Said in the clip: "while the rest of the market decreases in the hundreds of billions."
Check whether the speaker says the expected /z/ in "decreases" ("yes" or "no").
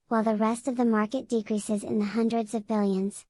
yes